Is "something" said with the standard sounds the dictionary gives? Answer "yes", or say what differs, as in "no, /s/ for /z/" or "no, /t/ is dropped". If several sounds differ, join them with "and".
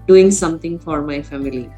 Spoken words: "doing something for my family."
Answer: no, /t/ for /θ/